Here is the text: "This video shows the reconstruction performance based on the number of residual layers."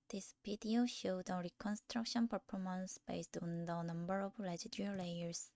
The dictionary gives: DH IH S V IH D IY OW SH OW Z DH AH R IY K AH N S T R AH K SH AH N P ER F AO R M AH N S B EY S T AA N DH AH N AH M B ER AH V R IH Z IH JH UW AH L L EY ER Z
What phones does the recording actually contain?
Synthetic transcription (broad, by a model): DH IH S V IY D IY OW SH OW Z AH R IY K AH N S T R AH K SH AH N P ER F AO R M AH N S B EY S T AA N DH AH N AH M B ER AH V L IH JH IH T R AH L L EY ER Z